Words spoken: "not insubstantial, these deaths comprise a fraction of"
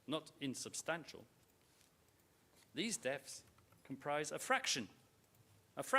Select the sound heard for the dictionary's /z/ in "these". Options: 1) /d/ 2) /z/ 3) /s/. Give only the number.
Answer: 2